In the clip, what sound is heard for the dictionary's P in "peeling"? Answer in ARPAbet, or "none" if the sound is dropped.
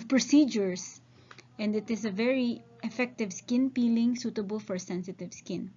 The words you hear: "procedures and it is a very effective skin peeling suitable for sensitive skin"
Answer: P